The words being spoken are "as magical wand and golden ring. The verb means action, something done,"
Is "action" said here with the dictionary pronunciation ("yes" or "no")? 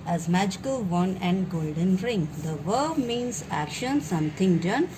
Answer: yes